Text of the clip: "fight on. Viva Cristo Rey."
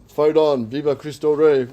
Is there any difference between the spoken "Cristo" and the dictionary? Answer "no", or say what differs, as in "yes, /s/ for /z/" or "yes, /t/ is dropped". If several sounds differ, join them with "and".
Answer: no